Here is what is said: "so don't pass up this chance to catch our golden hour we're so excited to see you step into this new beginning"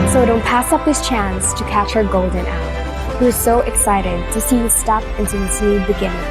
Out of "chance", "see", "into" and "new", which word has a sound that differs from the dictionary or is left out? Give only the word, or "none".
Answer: new